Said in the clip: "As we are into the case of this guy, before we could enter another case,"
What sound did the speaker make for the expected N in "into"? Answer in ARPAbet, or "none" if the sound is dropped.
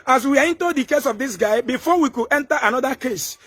N